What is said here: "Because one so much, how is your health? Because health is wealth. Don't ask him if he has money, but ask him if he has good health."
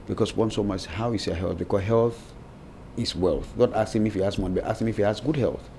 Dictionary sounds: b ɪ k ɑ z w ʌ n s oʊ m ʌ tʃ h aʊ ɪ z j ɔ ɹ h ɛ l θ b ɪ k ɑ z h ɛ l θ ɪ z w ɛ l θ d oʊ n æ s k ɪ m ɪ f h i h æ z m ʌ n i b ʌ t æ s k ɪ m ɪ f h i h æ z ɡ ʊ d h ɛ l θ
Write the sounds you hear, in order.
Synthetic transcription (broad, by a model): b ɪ k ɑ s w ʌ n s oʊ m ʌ s h aʊ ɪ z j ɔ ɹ h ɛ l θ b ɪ k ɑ s h ɛ l θ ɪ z w ɛ l θ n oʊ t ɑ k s ɪ m ɪ f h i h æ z m ʌ n i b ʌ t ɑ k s ɪ m ɪ f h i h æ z ɡ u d h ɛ l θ